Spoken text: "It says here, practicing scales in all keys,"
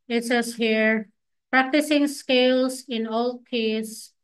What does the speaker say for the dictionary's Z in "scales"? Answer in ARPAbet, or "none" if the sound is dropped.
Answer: S